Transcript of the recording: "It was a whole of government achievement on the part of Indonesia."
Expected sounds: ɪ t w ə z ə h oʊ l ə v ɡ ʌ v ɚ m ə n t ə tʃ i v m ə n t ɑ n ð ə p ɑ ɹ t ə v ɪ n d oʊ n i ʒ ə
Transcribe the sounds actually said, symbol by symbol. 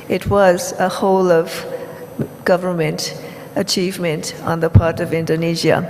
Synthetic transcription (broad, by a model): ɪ t w ə z ə h oʊ l ə v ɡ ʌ v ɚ m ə n t ə tʃ i v m ə n t n ð ə p ɑ ɹ t ə v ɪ n d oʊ n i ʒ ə